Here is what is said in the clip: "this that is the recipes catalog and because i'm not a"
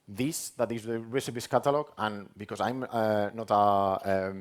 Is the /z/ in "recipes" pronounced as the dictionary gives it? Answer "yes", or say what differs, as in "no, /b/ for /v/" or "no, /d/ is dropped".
no, /s/ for /z/